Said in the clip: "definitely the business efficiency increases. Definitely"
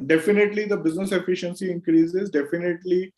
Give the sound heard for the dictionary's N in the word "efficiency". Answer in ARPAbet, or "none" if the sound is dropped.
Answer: N